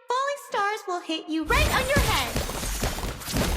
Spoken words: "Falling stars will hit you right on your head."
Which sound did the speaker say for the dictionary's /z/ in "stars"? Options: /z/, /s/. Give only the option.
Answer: /z/